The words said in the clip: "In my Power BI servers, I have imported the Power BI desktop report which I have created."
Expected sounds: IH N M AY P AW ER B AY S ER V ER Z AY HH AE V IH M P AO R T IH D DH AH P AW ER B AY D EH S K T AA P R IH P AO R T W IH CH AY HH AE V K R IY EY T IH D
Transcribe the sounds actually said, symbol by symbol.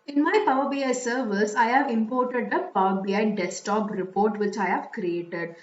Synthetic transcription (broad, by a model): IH N M AY P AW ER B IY S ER V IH S AY HH AE V IH M P AO R T IH D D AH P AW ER B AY D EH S T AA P R IH P AO R T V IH CH AY HH AE V K R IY EY T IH D